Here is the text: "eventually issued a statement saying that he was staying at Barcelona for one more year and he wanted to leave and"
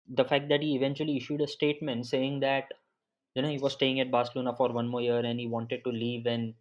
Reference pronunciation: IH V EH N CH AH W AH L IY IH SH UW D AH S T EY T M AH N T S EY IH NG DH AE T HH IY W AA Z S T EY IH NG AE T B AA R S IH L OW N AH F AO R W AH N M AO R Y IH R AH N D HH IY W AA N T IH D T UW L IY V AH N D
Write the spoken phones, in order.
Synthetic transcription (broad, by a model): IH V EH N CH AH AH L IY IH SH UW D AH S T EY T M AH N T S EY IH NG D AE T HH IY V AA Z S T EY IH NG AE T B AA S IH L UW N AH F AO R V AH N M AO R Y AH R AH N D HH IY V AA N T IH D T UW L IY V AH N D